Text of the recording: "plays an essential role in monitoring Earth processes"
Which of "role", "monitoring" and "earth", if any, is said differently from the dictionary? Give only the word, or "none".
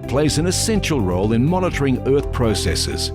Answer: none